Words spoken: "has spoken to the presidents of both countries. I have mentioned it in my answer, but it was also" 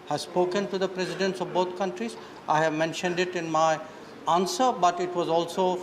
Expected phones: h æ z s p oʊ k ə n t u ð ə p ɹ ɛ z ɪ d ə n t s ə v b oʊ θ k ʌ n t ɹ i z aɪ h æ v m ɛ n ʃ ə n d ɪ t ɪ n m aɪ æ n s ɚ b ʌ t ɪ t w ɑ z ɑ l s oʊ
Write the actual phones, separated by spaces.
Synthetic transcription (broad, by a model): h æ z s p oʊ k ə n t u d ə p ɹ ɛ z ɪ d ə n t s ə v b oʊ t k ʌ n t ɹ i z aɪ h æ v m ɛ n ʃ ə n d ɪ t ɪ n m aɪ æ n s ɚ b ʌ t ɪ t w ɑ z ɑ l s oʊ